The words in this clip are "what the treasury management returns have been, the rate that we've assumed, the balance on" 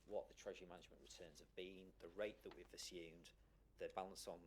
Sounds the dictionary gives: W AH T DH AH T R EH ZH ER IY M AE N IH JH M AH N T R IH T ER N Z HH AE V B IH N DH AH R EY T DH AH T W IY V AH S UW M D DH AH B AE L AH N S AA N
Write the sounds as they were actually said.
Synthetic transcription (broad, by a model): W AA T DH AH T R EH ZH ER IY M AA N IH JH M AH N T R IH T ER N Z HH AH V B IH N DH AH R EY T DH AH T W IY V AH S UW M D DH AH B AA L AH N S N